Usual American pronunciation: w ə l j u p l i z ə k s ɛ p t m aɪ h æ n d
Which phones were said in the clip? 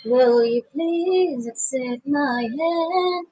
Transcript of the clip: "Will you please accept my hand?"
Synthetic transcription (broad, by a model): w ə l j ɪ p l i z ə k s ɛ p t m aɪ h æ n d